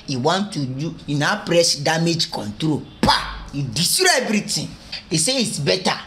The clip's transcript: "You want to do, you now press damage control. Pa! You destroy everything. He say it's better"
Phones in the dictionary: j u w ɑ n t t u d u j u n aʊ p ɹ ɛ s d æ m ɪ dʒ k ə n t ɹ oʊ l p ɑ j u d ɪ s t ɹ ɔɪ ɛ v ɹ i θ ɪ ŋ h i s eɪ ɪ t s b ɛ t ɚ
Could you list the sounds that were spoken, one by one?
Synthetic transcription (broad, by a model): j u w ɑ n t t u d u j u n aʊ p ɹ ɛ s d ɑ m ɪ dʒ k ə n t ɹ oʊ p ɑ j u d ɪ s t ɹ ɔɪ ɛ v ɹ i t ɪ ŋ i s eɪ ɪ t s b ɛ t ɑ